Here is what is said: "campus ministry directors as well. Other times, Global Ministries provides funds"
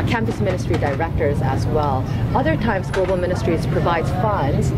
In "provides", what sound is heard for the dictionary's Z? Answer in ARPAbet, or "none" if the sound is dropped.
none